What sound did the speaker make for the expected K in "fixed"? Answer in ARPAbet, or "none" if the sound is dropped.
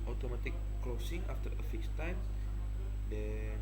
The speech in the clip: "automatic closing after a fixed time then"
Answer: none